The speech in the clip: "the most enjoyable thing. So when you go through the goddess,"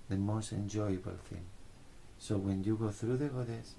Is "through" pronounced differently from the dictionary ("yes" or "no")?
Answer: no